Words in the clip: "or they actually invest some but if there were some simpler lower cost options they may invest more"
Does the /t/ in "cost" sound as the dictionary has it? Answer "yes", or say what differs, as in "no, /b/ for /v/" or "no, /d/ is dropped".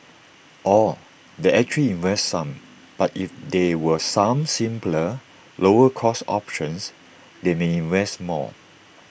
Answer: no, /t/ is dropped